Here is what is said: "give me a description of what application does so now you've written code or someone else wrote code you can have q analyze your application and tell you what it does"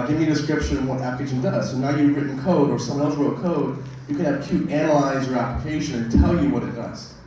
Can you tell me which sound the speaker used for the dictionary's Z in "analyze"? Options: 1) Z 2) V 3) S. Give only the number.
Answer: 1